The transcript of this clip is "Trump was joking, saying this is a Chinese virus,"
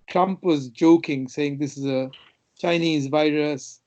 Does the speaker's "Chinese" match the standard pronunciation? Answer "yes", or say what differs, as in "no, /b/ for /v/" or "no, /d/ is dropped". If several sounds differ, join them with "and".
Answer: yes